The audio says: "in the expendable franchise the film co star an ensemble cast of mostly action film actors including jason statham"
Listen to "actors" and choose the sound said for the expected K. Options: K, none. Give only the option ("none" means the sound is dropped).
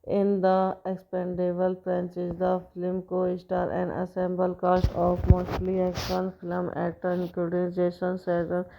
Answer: none